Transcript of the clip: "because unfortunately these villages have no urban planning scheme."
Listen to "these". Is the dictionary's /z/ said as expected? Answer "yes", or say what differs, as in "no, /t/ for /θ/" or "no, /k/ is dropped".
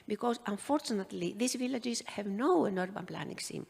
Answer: no, /s/ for /z/